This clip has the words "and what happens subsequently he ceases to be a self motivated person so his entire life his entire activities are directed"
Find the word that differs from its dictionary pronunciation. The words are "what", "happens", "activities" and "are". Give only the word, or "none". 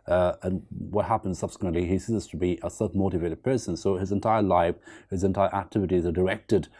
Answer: none